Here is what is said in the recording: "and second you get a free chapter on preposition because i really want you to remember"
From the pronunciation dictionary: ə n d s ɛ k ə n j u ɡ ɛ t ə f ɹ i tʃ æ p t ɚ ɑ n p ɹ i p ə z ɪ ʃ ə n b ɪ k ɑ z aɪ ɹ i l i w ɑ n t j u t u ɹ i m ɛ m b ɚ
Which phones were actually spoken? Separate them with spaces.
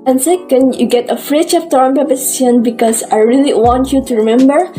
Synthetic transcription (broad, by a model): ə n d s ɛ k ə n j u ɡ ɛ t ə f ɹ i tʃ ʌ f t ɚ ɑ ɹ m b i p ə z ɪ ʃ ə n b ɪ k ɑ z aɪ ɹ i l i w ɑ n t j u t u ɹ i m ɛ m b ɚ